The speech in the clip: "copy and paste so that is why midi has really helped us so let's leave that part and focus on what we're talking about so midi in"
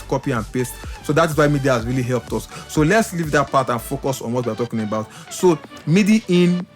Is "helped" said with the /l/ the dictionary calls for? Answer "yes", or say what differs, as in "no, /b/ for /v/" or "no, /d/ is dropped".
yes